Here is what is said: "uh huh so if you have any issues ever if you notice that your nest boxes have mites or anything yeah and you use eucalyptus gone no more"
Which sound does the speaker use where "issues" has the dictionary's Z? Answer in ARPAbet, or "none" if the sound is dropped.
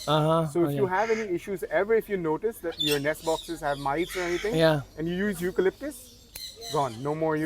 Z